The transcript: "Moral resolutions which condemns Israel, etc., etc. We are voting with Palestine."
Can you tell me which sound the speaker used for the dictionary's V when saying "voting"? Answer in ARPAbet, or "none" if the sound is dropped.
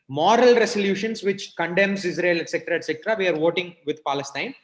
V